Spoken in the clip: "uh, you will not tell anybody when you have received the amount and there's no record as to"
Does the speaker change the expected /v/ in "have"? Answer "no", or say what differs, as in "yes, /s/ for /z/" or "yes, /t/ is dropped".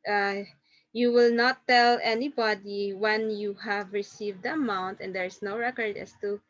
no